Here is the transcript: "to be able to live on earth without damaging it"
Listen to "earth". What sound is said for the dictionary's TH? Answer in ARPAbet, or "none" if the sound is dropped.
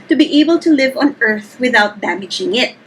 TH